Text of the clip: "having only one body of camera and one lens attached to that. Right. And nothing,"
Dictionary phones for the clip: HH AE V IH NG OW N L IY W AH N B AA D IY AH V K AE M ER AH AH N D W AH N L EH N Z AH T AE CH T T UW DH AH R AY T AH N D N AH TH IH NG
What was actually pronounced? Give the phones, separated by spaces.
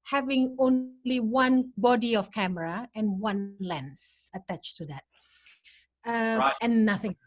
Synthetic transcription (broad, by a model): HH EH V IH NG OW N L IY W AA N B AA D IY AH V K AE M ER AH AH N W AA N L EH N S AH T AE CH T T UW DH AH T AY AH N N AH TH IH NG